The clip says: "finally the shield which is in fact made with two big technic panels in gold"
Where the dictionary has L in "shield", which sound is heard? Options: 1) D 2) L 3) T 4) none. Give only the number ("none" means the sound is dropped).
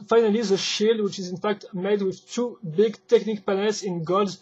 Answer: 2